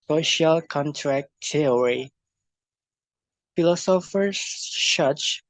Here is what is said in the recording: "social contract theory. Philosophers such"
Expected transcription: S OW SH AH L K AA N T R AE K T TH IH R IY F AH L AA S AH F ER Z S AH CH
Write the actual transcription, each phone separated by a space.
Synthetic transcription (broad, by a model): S OW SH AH L K AA N T R AE K T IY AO R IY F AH L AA S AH F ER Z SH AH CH